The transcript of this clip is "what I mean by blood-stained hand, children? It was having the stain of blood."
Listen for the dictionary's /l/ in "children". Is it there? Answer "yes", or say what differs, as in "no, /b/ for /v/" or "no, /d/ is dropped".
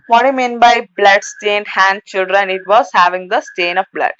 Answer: yes